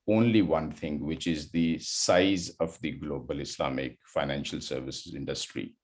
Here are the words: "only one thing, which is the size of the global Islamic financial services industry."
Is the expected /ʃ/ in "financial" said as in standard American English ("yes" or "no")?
yes